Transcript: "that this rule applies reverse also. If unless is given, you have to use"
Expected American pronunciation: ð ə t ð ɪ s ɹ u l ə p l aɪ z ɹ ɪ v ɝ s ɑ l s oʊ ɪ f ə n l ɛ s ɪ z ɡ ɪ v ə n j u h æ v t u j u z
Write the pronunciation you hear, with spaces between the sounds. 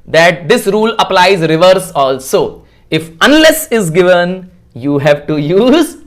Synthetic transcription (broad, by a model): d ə t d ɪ s ɹ u l ə p l aɪ z ɹ ɪ v ɝ s ɑ l s oʊ ɪ f ə n l ɛ s ɪ z ɡ ɪ v ə n j u h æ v t u j u z